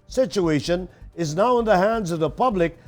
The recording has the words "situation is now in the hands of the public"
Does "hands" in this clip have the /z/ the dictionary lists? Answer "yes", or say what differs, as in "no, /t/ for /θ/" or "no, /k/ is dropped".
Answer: yes